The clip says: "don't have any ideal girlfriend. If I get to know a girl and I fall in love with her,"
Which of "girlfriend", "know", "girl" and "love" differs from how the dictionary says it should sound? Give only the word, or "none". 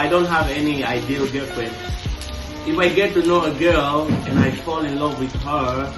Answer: girlfriend